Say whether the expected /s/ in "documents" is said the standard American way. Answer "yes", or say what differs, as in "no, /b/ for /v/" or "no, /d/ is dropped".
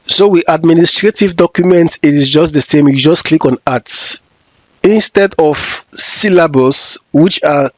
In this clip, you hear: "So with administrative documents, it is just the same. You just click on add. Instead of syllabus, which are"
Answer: no, /s/ is dropped